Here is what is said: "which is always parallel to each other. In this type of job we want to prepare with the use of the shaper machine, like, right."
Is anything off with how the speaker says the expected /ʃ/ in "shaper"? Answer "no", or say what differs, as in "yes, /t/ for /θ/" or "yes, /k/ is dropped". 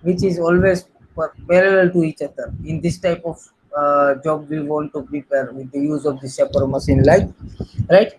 yes, /s/ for /ʃ/